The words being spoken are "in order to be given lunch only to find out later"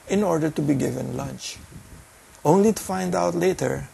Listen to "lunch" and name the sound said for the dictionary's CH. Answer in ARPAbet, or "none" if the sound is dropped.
CH